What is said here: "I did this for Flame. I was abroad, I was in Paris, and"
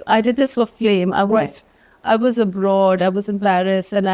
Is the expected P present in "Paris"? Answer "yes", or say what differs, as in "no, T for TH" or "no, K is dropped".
no, B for P